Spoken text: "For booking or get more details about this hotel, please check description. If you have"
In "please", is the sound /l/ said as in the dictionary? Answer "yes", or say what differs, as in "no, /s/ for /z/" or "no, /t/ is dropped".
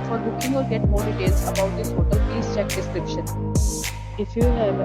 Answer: no, /l/ is dropped